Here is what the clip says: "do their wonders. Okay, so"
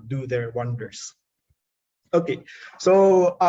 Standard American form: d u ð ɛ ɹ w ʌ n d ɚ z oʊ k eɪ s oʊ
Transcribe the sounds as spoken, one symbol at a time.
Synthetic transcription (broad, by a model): d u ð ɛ ɹ w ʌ n d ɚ s oʊ k eɪ s oʊ